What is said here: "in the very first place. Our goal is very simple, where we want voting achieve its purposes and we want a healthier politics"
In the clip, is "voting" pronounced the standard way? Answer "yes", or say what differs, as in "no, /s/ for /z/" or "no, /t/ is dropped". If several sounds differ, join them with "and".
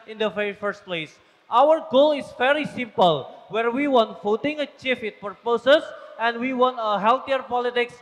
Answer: no, /f/ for /v/